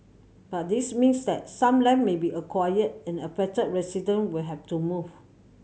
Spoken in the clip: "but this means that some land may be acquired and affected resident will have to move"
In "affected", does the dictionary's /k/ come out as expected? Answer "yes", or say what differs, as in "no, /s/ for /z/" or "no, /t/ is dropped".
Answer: no, /k/ is dropped